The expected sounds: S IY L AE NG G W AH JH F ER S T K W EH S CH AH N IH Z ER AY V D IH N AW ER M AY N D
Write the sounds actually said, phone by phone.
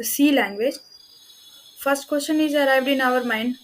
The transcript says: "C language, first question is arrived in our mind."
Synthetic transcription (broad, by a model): S IY L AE NG G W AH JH F ER S T K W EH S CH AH N IH Z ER AY V D IH N AW ER M AY N D